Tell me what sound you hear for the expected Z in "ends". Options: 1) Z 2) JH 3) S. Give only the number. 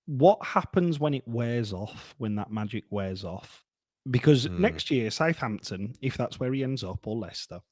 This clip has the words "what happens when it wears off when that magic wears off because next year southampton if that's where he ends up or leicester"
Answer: 1